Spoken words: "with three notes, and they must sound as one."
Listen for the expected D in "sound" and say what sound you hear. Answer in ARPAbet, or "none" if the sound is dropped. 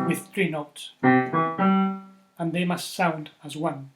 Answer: D